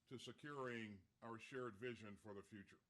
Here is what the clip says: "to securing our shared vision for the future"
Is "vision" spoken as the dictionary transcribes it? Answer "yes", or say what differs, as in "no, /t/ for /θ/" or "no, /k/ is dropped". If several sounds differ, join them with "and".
yes